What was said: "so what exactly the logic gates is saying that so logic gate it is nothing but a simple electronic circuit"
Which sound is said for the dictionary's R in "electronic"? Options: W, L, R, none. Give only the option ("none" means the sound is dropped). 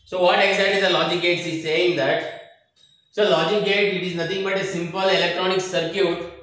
R